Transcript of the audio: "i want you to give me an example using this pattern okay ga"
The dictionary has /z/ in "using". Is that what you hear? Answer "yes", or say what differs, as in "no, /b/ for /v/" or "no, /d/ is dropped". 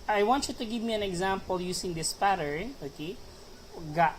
no, /s/ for /z/